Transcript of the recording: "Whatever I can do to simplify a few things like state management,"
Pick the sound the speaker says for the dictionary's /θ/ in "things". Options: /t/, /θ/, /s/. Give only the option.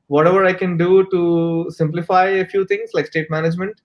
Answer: /t/